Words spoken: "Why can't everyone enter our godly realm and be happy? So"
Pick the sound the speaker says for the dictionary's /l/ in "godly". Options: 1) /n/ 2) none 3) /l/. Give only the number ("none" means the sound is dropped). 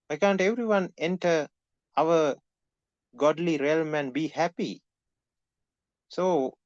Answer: 3